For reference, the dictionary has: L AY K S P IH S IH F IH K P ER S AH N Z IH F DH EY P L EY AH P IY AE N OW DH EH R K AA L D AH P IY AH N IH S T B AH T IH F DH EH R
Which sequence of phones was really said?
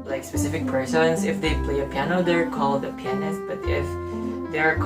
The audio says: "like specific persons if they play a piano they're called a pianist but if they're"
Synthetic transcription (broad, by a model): L AY K S P IH S IH F IH K P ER S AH N S IH F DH EY P L EY AH P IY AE N OW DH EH R K AA L D AH P IY AH N IH S T B AH T IH F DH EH R